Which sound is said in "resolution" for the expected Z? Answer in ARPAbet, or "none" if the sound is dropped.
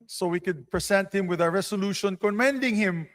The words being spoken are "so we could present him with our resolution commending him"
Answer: S